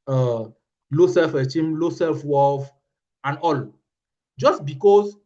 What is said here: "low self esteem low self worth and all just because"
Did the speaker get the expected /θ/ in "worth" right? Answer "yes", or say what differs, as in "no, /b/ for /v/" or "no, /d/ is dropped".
no, /f/ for /θ/